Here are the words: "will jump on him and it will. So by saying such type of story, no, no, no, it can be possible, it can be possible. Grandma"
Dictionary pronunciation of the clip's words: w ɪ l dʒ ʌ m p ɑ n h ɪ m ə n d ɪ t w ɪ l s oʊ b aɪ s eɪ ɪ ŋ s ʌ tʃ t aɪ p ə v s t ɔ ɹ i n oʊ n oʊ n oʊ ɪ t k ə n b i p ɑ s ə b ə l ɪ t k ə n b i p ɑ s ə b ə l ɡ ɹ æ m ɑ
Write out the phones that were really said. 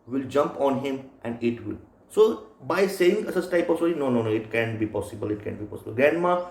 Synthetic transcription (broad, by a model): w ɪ l dʒ ʌ m p ɑ n h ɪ m ə n d ɪ t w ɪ l s oʊ b aɪ s eɪ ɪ ŋ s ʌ s t aɪ p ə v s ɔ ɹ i n oʊ n oʊ n oʊ ɪ t k ə n b i p ɑ s ə b ə l ɪ t k ə n b i p ɑ s ə b ə l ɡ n m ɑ